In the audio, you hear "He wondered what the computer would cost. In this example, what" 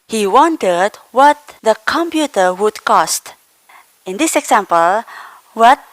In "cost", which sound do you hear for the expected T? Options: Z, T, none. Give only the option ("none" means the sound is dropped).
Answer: T